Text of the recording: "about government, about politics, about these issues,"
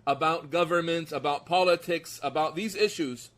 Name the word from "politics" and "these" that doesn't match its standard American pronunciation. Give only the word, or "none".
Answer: none